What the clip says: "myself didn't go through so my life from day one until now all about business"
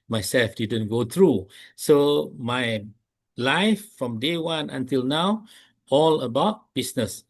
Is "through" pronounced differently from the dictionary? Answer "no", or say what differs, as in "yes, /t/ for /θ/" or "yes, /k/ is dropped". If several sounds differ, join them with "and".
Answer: yes, /t/ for /θ/